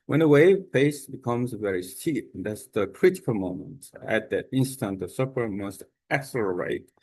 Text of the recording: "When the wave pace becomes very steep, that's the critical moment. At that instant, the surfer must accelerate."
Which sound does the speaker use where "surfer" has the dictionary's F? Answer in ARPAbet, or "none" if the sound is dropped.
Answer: P